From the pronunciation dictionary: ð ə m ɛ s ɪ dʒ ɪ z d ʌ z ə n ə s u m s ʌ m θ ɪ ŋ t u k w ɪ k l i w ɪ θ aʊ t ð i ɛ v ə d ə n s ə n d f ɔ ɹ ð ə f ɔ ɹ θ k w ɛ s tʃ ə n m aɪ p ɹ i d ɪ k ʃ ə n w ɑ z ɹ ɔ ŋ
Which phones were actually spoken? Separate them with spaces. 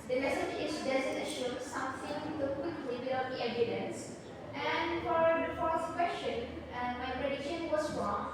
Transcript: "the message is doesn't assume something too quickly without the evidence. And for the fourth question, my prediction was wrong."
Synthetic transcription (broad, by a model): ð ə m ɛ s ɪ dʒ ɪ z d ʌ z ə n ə ʃ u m s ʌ m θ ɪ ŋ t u k w ɪ k l i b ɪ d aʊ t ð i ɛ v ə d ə n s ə n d f ɔ ɹ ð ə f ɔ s k w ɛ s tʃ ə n m aɪ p ɹ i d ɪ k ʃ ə n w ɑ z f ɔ